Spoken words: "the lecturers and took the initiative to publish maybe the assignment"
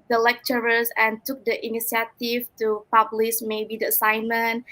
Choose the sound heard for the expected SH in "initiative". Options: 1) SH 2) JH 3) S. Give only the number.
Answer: 3